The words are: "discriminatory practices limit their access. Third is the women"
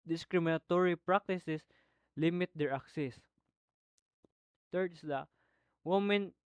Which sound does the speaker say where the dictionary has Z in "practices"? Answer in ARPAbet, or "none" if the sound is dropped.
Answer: S